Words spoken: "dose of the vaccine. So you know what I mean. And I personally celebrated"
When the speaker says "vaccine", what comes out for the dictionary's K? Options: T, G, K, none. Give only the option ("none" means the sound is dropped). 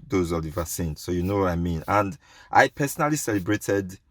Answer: none